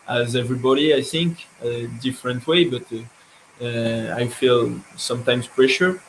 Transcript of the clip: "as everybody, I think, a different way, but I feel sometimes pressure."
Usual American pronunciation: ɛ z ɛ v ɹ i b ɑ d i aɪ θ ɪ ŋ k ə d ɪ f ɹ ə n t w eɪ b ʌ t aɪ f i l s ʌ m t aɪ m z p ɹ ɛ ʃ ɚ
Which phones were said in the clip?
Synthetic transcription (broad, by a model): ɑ z ɛ v ɹ i b ɑ d i aɪ θ ɪ ŋ k ə d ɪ f ɹ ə n t w eɪ b ʌ t aɪ f i l s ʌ m t aɪ m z p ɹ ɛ ʃ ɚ